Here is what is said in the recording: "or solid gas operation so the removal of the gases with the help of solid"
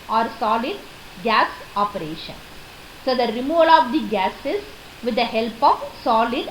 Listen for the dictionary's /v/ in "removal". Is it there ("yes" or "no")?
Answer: yes